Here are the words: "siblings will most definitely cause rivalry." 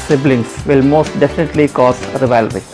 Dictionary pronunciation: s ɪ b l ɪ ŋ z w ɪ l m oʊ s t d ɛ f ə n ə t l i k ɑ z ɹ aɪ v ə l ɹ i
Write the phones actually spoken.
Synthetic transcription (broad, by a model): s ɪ b l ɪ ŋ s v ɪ l m oʊ s t d ɛ f ə n ə t l i k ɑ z ɹ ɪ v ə l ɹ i